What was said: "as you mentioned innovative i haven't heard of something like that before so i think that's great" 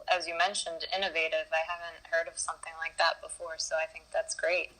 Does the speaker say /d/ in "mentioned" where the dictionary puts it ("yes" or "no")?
yes